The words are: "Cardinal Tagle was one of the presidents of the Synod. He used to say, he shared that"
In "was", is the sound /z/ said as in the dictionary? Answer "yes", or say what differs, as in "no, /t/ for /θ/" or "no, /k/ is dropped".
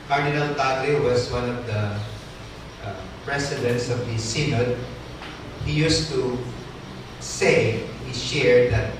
no, /s/ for /z/